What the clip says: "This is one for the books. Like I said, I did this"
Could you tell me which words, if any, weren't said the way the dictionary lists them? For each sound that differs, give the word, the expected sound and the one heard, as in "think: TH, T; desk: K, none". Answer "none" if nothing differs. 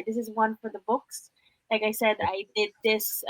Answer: none